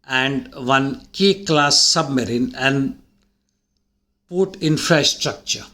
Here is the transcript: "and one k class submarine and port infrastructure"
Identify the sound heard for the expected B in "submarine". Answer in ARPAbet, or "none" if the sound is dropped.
B